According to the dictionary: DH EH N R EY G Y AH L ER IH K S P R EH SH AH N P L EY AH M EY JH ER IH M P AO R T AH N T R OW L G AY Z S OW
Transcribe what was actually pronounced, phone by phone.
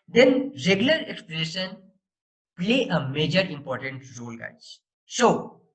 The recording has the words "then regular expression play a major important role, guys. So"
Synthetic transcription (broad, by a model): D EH N R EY G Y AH L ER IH K S P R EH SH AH N P L EY AH M EY JH ER IH M P AO R T AH N T R OW L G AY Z S OW